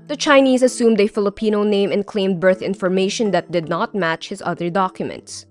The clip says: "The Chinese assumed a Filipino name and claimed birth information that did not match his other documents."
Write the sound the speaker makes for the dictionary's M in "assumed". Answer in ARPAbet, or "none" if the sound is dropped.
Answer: M